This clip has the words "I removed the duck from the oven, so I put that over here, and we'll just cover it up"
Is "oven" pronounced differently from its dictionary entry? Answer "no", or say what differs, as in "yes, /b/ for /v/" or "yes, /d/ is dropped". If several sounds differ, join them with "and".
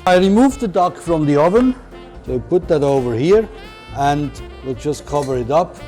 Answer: no